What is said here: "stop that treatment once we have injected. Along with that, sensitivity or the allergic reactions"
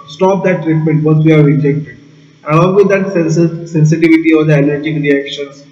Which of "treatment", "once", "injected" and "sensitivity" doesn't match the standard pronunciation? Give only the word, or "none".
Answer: once